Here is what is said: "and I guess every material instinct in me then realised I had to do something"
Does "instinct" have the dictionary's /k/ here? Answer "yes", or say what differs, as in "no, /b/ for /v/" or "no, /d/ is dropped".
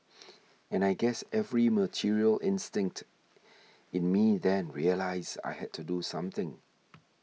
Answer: yes